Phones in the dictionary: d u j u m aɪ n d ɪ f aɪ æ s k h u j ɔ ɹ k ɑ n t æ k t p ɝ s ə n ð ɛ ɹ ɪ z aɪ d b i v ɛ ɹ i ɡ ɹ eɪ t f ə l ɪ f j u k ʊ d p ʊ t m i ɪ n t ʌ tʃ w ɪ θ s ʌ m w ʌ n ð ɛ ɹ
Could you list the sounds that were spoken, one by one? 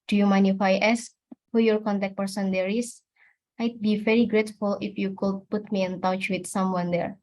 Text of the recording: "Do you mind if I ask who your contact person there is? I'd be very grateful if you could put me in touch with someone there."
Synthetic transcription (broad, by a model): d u j u m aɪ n ɪ f aɪ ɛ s h u j ɔ ɹ k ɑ n t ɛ k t p ɝ s ə n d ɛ ɹ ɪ s aɪ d b i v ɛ ɹ i ɡ ɹ eɪ t f ə l ɪ f j u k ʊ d p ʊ t m i ɪ n t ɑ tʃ w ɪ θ s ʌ m w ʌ n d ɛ ɹ